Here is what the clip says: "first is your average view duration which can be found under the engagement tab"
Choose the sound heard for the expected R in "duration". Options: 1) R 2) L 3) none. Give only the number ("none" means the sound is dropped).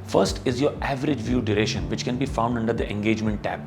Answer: 1